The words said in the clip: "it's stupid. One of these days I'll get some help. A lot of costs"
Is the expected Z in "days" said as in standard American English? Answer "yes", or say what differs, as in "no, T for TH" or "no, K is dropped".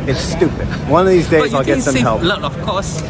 yes